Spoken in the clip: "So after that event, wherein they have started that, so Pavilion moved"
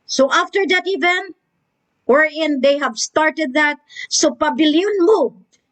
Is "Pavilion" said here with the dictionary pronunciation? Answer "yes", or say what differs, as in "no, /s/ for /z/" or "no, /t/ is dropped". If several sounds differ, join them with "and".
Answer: no, /b/ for /v/